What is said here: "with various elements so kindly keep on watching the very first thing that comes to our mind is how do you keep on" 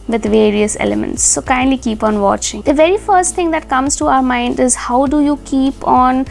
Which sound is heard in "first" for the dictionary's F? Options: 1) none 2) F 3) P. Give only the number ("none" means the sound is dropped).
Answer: 2